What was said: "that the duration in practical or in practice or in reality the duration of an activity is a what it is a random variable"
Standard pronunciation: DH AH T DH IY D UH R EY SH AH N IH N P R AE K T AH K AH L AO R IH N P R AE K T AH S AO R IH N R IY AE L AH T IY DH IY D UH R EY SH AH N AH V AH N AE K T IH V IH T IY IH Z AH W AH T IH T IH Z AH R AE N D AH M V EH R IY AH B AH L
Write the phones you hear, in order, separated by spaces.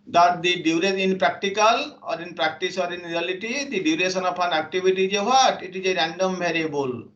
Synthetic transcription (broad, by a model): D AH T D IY D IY UW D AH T IH N P R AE K T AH K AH L AO R IH N P R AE K T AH S AO R IH N R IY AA L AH T IY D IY D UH R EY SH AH N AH P AH N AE K T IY B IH T IY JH AH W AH T IH T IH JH AH R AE N D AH M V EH R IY B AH L